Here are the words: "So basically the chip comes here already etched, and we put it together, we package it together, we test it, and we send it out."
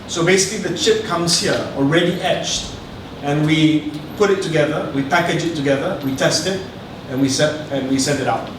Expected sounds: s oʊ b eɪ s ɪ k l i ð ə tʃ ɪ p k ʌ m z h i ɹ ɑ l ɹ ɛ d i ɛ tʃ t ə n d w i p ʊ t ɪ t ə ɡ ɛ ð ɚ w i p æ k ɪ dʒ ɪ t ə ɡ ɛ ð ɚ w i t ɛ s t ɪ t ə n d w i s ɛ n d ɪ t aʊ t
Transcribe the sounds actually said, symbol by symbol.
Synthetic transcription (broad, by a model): s oʊ b eɪ s ɪ k l i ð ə tʃ ɪ p k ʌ m s h i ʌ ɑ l ɹ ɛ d i ɛ tʃ t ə n w i p ʊ t ɪ t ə ɡ ɛ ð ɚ w i p æ k ɪ dʒ ɪ t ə ɡ ɛ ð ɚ w i t ɛ s t ɪ t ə n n w i s ɛ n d ɪ t aʊ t